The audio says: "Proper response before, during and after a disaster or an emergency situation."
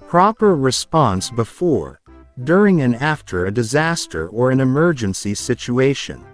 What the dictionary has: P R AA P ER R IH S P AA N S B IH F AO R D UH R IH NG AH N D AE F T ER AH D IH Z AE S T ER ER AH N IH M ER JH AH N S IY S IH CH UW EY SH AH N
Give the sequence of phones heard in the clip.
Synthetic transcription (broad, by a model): P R AA P ER R IH S P AA N S B IH F AO R D UH R IH NG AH N AE F T ER AH D IH Z AE S T ER ER AH N IH M ER JH AH N S IY S IH CH UW EY SH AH N